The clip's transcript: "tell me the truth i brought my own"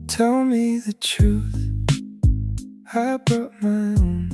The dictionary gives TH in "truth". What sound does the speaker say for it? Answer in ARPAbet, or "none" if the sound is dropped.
TH